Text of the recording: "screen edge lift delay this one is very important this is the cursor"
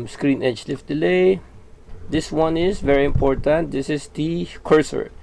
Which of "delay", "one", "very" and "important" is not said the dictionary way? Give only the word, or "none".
none